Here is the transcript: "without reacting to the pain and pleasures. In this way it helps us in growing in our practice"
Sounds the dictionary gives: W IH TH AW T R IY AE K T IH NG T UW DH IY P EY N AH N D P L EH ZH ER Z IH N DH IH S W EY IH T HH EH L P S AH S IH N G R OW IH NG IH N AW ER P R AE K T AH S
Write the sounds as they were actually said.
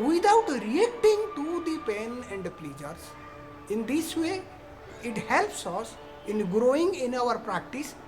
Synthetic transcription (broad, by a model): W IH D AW T R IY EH K T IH NG T UW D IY P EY N AH N D P L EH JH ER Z IH N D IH S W EY IH T HH EH L P S AH S IH N G R OW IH NG IH N AW ER P R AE K T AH S